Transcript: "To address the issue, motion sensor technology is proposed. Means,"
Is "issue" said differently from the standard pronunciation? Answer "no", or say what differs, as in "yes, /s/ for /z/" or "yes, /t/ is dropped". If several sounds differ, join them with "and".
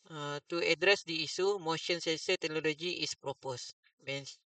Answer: yes, /s/ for /ʃ/